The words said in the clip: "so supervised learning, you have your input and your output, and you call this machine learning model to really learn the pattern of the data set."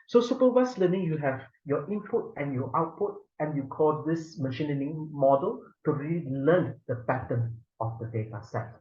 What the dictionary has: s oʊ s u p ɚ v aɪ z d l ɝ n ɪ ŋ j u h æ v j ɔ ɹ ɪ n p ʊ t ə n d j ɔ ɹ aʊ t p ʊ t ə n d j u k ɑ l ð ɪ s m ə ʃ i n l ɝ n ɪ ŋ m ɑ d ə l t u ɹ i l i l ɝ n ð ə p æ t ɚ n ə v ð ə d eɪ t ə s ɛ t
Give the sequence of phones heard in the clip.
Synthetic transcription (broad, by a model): s oʊ s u p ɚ w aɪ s l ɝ n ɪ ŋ j u h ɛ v j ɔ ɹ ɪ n p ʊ t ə n j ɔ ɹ aʊ t p ʊ t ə n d j u k ɑ l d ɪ s m ə ʃ i n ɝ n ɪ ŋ m ɑ d ə l t u ɹ i l i l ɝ n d ə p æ t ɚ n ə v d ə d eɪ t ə s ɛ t